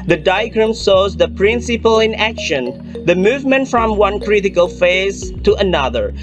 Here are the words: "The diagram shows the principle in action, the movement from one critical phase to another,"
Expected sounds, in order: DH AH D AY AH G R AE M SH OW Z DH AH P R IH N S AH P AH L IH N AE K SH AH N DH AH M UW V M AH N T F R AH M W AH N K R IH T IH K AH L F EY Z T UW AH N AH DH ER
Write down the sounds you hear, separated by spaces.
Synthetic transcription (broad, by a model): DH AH D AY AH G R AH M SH OW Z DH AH P R IH N S AH P AH L IH N AE K SH AH N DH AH M UW V M AH N T F R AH M W AH N K R IH T IH K AH L F EY Z T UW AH N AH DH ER